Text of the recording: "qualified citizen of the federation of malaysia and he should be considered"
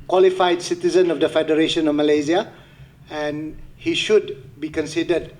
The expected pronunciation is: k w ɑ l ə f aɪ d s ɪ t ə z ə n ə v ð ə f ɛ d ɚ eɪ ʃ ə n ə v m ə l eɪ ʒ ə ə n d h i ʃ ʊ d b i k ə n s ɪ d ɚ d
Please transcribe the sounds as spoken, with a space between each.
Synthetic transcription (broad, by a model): k w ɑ l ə f aɪ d s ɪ t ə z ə n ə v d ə f ɛ d ɚ eɪ ʃ ə n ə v m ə l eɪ z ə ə n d h i ʃ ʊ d b i k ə n s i d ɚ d